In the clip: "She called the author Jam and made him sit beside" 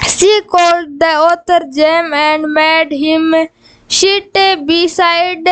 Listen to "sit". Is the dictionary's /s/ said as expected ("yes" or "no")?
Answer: no